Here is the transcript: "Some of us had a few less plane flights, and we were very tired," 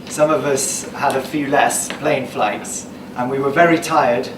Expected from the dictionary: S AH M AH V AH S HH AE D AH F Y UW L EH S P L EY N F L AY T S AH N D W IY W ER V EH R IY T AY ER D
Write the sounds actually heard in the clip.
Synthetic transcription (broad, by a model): S AH M AH V AH S HH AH D AH F Y UW L EH S P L EY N F L AY T S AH N W IY W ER V EH R IY T AY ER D